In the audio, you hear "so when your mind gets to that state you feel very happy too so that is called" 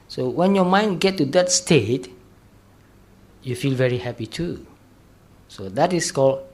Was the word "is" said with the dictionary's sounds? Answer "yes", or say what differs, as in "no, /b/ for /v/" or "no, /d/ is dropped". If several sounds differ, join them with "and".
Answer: no, /s/ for /z/